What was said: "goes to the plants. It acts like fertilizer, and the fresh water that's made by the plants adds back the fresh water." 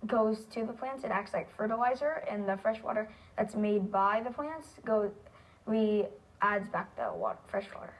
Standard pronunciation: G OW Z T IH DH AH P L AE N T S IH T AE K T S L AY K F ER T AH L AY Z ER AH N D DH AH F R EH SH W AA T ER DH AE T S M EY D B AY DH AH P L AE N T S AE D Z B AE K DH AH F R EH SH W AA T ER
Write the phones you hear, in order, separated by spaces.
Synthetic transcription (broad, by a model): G OW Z T IH DH AH P L AE N T S IH T AE K T S L AY K F ER T AH L AY Z ER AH N DH AH F R EH SH W AA T ER DH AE T S M EY D B AY DH AH P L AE N T S AE D Z B AE K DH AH F R EH SH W AA T ER